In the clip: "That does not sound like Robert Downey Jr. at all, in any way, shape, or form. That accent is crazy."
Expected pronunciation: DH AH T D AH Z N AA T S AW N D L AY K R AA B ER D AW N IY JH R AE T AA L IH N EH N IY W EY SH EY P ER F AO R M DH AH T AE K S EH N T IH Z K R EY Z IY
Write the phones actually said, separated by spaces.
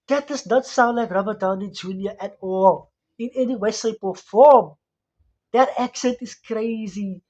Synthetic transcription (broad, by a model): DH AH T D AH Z N AA T S AW N D L AY K R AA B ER D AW N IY JH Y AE T AA L IH N EH N IY W EY S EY P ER F AO M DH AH T AE K S EH N T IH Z K R EY Z IY